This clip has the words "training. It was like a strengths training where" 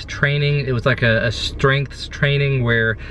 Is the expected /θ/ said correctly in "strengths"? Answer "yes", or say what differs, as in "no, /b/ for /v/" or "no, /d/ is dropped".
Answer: yes